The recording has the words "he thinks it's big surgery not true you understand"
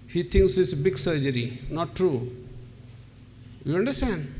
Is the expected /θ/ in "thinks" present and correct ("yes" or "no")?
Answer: no